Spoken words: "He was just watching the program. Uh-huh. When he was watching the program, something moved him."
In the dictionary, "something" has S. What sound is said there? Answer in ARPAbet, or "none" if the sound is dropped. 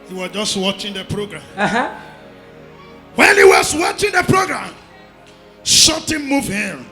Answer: SH